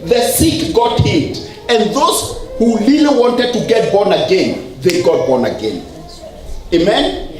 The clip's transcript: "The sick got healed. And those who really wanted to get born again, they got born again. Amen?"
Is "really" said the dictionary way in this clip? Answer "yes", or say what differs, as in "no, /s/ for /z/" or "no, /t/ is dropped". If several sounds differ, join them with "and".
no, /l/ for /ɹ/